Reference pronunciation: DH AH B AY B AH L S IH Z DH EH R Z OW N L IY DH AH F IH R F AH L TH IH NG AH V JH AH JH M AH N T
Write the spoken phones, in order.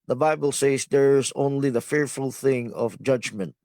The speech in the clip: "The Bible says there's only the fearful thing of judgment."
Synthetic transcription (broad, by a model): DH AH B AY B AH L S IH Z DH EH R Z OW N L IY DH AH F IH R F AH L TH IH NG AH V JH AH JH M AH N T